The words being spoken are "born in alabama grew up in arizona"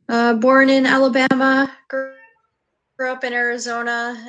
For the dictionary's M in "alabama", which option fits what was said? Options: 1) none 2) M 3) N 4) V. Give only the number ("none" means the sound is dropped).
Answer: 2